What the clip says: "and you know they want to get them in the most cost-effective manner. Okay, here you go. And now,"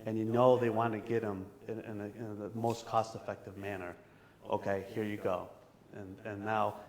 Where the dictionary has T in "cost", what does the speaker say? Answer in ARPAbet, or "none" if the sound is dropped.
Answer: T